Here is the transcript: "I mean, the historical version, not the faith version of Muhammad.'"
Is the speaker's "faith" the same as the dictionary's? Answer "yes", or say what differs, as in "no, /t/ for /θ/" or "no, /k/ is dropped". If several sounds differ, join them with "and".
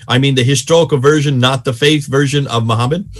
yes